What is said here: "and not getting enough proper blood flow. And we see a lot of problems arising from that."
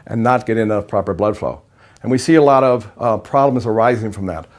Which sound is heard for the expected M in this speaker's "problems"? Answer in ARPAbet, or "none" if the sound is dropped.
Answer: M